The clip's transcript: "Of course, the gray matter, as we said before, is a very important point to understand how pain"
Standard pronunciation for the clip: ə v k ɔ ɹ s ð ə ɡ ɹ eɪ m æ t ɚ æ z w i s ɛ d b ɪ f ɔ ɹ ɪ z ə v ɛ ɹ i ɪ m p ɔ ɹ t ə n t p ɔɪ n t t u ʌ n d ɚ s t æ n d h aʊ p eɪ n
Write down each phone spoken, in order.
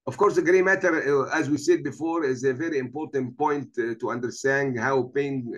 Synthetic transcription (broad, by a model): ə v k ɔ ɹ s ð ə ɡ ɹ eɪ m æ t ɚ æ z w i s ɛ d b ɪ f ɔ ɹ ɪ z ə v ɛ ɹ i ɪ m p ɔ ɹ t ə n t p ɔɪ n t t u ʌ n d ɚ s t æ n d h aʊ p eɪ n